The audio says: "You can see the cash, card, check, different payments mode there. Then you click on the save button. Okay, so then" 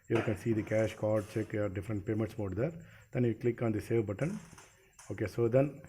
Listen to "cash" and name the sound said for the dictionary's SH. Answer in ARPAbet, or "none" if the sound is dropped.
SH